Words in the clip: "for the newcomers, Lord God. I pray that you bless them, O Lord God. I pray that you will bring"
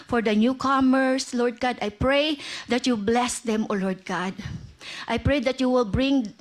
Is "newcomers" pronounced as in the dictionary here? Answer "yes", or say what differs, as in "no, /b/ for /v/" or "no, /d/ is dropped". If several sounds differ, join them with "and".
no, /s/ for /z/